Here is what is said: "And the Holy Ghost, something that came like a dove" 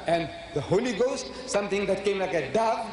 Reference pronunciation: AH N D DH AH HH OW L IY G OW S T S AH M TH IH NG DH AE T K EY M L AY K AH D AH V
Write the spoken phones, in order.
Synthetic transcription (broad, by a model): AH N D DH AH HH OW L IY G OW S T S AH M T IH NG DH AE T K EY M L AY K AH D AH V